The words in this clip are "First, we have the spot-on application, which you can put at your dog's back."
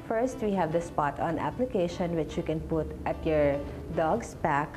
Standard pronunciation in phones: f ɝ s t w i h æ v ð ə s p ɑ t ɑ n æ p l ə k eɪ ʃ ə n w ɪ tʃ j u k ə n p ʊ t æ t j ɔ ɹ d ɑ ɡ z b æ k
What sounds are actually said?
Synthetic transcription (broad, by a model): f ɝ s t w i h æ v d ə s p ɑ t ɑ n æ p l ə k eɪ ʃ ə n w ɪ tʃ j u k ə n p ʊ t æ t j ɔ ɹ d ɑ ɡ s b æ k